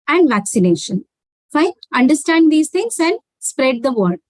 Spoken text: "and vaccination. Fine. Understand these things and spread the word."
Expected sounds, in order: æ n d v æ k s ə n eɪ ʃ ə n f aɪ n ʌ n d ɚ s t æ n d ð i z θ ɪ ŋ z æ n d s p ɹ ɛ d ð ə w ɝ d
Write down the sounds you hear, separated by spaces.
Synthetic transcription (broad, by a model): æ n d v æ k s ə n eɪ ʃ ə n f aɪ ʌ n d ɚ s t æ n d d i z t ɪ ŋ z æ n d s p ɹ ɛ d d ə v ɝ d